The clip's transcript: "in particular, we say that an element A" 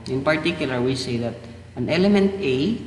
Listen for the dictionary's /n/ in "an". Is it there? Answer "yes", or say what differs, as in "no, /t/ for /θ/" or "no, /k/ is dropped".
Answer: yes